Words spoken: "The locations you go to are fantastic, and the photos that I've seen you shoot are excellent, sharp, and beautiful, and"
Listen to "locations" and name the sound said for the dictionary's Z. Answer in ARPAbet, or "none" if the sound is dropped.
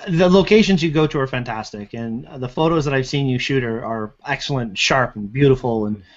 Z